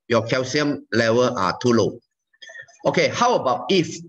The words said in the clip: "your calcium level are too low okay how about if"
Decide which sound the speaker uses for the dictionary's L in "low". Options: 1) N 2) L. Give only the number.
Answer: 2